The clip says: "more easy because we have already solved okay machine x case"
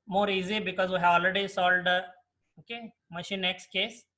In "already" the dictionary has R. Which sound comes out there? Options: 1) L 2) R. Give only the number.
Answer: 1